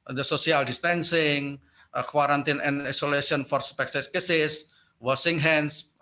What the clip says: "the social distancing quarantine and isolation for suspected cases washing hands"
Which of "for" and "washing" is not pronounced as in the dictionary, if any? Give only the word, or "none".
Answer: washing